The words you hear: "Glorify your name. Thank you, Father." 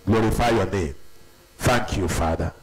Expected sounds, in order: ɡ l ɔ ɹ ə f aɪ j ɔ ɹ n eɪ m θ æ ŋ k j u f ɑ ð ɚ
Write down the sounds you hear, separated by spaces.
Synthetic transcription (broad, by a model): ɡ l ɔ ɹ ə f aɪ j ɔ n eɪ m f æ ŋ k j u f ɑ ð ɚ